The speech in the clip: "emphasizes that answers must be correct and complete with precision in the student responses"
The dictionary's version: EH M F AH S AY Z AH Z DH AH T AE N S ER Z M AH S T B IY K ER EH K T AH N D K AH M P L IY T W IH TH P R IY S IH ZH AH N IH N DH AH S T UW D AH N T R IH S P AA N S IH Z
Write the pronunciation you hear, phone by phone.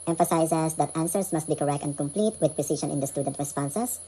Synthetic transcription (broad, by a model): EH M F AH S AY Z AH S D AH T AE N S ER S M AH S T B IY K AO EH K T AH N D K AH M P L IY T W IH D P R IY S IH SH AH N IH N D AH S T UW D AH N T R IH S P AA N S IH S